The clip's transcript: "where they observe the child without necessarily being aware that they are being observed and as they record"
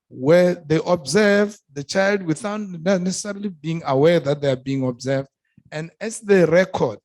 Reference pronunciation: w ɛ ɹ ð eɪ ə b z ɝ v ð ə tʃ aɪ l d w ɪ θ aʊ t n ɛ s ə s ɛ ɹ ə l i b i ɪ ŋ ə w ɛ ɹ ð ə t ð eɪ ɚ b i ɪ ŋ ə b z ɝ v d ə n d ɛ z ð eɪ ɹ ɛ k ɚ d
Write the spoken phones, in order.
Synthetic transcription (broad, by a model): w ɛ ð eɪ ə b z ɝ v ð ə tʃ aɪ l d w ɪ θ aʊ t n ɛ s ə s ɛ ɹ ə l i b i ɪ ŋ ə w ɛ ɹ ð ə t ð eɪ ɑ b i ɪ ŋ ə b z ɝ v d ə n d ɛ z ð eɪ ɹ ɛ k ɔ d